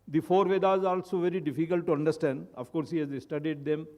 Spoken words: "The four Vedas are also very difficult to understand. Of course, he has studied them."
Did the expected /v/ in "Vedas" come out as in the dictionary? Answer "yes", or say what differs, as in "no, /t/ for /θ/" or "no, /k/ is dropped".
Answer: yes